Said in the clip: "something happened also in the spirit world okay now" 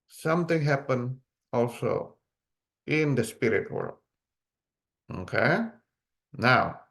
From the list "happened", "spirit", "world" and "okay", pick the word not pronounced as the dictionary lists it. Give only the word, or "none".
happened